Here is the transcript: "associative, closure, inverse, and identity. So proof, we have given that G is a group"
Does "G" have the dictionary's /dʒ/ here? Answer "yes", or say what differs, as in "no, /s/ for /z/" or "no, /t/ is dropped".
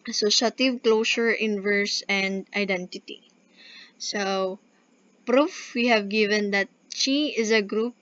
no, /tʃ/ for /dʒ/